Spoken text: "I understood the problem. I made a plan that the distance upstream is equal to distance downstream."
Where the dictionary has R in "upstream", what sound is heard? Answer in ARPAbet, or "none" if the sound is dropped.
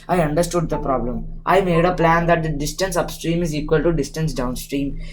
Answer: R